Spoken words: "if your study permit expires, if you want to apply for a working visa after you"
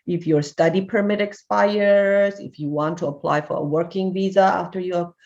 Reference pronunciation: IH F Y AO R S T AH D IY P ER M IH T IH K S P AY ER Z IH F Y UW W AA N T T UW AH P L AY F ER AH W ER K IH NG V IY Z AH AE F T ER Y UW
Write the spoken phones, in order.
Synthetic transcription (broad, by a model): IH F Y AO R S T AH D IY P ER M IH T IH K S P AY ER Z IH F Y UW W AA N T T UW AH P L AY F ER AH W ER K IH NG V IY Z AH AE F T ER Y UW